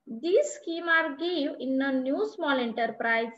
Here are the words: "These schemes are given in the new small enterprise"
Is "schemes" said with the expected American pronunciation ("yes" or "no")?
no